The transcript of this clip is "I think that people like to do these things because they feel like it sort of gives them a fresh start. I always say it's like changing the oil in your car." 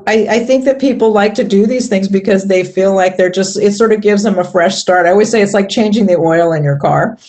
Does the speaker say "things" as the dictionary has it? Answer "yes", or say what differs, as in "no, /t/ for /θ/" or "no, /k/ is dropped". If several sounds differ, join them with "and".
yes